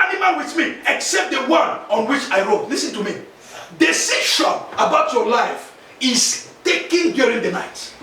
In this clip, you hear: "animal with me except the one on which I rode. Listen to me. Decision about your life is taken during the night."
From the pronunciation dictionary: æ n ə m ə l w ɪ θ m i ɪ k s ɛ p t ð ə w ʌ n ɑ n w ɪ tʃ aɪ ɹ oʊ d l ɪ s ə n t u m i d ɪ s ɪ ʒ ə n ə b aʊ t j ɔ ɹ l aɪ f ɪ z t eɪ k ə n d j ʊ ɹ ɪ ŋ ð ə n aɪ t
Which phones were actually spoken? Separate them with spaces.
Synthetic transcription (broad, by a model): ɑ n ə m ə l w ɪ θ m i ɪ k s ɛ p t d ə w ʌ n ɑ n w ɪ tʃ aɪ ɹ oʊ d l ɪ s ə n t u m i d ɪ s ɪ ʃ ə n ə b aʊ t j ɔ l aɪ f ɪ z t eɪ k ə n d j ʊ ɹ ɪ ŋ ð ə n aɪ t